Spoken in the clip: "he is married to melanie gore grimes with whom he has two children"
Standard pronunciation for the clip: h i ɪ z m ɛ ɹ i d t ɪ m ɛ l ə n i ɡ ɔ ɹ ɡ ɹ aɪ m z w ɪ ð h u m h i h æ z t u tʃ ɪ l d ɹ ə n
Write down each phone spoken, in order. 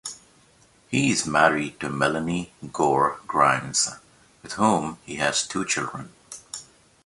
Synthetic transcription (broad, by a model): h i ɪ z m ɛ ɹ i d t ɪ m ɛ l ə n i ɡ ɔ ɹ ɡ ɹ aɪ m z w ɪ ð h u m h i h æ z t u tʃ ɪ l d ɹ ə n